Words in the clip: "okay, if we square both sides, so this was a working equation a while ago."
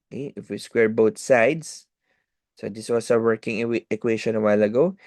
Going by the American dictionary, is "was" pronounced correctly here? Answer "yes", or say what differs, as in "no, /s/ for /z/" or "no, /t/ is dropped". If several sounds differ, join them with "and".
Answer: no, /s/ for /z/